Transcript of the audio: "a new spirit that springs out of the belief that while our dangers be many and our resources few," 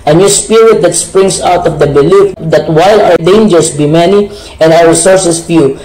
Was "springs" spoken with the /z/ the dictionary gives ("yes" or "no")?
no